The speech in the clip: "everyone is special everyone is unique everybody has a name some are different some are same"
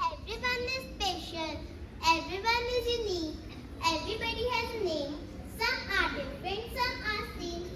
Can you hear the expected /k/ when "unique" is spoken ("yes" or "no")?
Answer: no